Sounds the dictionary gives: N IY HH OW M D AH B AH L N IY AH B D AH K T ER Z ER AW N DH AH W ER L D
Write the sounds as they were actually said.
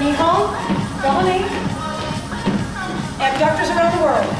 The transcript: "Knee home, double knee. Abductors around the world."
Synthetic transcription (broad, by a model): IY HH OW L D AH AH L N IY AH D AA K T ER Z ER AW N DH AH W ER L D